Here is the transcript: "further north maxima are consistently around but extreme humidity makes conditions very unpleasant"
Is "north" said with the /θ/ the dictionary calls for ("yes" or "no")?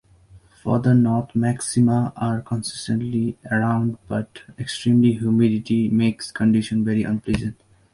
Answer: no